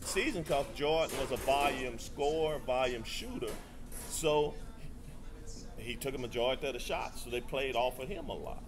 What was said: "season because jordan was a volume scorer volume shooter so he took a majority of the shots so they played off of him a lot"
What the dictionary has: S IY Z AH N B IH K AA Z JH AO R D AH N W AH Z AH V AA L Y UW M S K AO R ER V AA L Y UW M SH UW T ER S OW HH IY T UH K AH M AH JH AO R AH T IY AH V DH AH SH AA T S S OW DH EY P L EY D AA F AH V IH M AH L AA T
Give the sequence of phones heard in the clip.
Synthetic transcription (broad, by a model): S IY Z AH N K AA S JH AO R N W AH Z AH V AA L Y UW M S K AO R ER V AA L Y UW M SH UW T ER S OW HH IY T UH K AH M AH JH AO AH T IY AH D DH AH SH AA T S S OW DH EY P L EY D AA F AH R IH M AH L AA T